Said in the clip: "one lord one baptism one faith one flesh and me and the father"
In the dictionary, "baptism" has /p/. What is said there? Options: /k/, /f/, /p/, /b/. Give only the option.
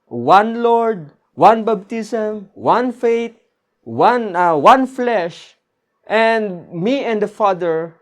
/b/